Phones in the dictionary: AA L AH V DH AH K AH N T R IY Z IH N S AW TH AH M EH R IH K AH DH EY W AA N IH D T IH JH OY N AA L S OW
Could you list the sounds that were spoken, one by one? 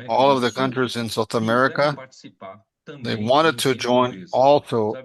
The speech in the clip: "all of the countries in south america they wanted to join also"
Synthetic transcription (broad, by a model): AA L AH V DH AH K AH N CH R IY Z IH N S AW TH AH M EH R IH K AH DH EY W AA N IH D T IH JH OY N AA L S OW